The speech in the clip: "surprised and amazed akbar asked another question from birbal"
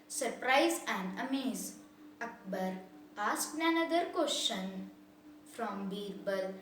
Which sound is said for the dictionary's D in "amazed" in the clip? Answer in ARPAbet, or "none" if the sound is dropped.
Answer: none